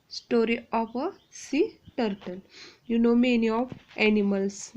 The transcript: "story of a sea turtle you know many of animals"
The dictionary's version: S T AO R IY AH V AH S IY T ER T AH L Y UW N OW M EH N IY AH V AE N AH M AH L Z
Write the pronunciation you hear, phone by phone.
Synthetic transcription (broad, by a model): S T AO R IY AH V AH S IY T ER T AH N Y UW N OW M EH N IY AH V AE N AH M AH L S